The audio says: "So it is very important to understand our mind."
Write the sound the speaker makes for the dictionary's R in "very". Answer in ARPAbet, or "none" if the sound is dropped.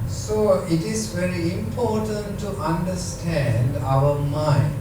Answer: R